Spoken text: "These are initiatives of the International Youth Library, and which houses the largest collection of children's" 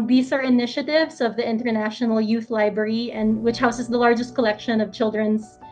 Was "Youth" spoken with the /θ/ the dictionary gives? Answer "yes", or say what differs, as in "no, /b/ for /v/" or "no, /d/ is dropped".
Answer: yes